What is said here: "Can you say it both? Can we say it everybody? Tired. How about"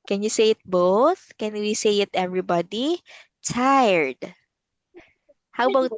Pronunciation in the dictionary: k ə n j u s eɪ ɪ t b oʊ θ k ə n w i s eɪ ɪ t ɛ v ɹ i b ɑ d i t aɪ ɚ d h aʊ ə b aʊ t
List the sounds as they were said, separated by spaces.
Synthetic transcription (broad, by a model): k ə n j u s eɪ ɪ t b oʊ θ k ə n w i s eɪ ɪ t ɛ v ɹ i b ɑ d i t aɪ ɚ d h aʊ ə b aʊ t